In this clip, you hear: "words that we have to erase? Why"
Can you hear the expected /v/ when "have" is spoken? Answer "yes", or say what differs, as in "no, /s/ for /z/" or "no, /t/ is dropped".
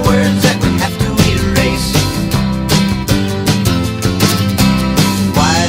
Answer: no, /f/ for /v/